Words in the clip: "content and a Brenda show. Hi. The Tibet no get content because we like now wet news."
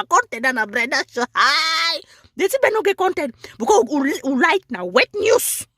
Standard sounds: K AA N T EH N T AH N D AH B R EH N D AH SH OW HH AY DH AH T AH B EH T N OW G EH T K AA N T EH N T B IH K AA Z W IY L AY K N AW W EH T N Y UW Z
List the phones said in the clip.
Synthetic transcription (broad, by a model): K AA N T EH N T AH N AH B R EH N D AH S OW HH AY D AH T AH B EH N OW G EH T K AA N T EH N T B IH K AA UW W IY L AY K N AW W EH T N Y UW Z